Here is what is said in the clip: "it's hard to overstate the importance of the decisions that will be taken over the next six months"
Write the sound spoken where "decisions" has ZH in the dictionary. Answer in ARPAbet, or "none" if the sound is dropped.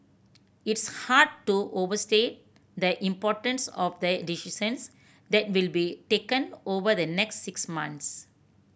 S